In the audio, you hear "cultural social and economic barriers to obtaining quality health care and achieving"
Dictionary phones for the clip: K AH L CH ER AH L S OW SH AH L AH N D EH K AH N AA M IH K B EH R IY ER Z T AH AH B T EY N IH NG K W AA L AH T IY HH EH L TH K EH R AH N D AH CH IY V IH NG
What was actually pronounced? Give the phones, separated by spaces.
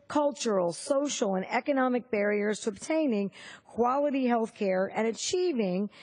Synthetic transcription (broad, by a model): K AH L CH ER L S OW SH L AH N EH K AH N AA M IH K B EH R IY ER Z T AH AH B T EY N IH NG K W AA L AH T IY HH EH L TH K EH R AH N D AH CH IY V IH NG